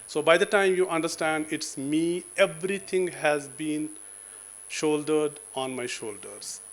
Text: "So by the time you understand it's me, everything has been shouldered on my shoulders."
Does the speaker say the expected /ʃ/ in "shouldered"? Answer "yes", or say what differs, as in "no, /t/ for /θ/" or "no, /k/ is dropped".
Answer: yes